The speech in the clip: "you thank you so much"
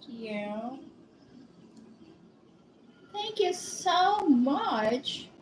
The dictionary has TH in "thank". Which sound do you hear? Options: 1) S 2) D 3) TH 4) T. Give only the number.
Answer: 3